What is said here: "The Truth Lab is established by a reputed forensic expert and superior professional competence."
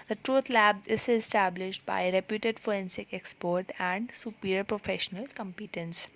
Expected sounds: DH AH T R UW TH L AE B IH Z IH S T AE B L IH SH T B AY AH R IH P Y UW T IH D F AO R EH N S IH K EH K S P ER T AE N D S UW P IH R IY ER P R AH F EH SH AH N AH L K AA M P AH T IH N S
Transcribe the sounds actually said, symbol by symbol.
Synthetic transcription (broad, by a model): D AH T R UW T L AE B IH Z IH S T AE B L IH SH T B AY AH R IH P Y UW T IH D F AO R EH N S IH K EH K S P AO T AE N D S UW P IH R P R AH F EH SH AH N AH L K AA M P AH T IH N S